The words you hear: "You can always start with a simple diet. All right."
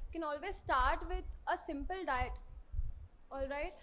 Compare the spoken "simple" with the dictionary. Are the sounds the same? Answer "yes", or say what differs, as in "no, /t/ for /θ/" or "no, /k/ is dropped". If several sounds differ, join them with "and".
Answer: yes